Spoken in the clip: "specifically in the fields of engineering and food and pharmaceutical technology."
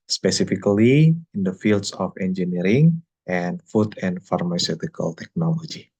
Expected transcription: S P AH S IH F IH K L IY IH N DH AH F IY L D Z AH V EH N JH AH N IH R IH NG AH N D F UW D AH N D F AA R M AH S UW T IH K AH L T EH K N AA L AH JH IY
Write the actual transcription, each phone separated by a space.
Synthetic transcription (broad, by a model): S P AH S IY F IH K L IY IH N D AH F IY L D S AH F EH N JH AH N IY R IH NG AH N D F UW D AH N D F AA R M AH S UW T IH K AH L T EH K N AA L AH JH IY